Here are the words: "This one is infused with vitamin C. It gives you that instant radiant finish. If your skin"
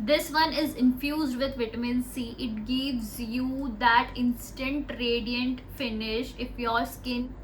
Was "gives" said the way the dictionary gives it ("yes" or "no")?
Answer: yes